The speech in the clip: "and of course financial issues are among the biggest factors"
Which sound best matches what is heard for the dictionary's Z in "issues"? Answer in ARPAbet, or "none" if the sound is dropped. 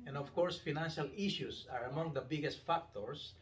S